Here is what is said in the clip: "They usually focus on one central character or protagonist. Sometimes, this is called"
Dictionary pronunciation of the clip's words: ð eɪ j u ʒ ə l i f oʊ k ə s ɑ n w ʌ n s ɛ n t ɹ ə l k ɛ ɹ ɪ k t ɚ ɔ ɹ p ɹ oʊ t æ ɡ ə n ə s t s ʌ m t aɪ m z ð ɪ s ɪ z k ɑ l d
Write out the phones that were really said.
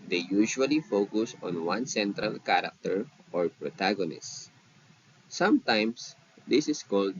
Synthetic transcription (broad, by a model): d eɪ j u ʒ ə l i f oʊ k ə s ɑ n w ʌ n s ɛ n t ɹ ə l k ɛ ɹ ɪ k t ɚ ɔ ɹ p ɹ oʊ t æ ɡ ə n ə s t s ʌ m t aɪ m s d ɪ s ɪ s k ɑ l d